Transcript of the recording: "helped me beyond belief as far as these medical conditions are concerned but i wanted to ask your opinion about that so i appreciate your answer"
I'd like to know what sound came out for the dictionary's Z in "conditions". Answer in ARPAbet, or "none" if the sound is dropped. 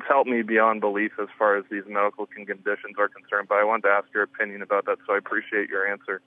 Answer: Z